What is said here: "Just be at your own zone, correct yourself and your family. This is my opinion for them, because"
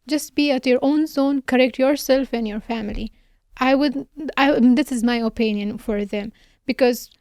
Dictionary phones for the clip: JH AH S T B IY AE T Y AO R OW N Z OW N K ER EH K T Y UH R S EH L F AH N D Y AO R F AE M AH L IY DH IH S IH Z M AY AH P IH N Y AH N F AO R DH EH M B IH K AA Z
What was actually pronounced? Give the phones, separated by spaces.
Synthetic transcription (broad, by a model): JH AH S T B IY AE T Y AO R OW N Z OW N K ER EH K T Y UH R S EH L F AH N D Y AO R F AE M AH L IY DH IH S IH Z M AY AH P IH N Y AH N F AO R DH EH M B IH K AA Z